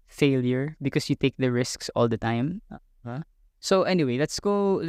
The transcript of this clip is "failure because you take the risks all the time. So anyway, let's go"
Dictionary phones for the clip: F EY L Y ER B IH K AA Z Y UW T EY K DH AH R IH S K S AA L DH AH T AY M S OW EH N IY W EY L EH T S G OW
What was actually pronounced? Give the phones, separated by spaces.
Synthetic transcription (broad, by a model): F EY L Y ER B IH K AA S Y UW T EY K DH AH R IH S K S AA L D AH T AY M S OW EH N IY W EY L EH T S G OW